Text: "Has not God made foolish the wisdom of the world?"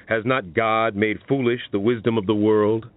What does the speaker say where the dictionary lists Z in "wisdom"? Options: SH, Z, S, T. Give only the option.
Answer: Z